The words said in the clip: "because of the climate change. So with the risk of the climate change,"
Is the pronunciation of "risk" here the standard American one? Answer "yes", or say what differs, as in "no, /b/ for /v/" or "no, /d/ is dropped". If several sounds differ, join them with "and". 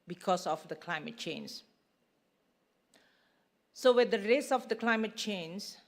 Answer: no, /k/ is dropped